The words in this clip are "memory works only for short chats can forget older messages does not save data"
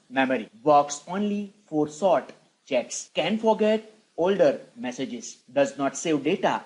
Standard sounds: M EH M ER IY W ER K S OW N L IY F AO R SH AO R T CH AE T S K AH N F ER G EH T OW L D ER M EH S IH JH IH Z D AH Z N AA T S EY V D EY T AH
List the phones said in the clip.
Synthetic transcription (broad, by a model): M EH M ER IY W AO K S OW N L IY F AO R S AO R T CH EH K S K AH N F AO G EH T OW L D ER M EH S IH JH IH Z D AH Z N AA T S EY V D EY T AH